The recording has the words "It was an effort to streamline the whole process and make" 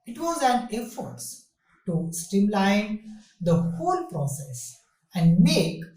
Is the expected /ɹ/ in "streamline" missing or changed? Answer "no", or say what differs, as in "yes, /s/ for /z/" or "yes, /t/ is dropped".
yes, /ɹ/ is dropped